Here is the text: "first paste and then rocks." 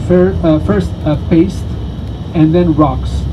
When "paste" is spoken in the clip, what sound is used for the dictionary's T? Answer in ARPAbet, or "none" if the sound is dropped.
T